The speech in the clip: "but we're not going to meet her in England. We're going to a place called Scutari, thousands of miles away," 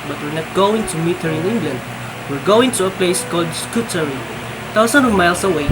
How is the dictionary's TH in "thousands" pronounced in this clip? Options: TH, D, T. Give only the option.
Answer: T